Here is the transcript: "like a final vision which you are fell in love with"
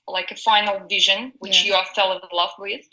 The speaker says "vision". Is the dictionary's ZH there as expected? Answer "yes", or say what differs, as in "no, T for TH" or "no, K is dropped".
yes